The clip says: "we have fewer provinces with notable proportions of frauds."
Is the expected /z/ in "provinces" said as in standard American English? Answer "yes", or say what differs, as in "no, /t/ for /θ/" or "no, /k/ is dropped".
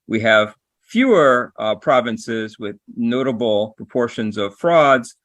yes